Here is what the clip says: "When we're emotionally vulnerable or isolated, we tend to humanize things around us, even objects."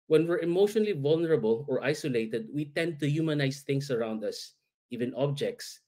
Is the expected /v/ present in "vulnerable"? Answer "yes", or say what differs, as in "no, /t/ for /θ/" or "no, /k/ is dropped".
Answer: yes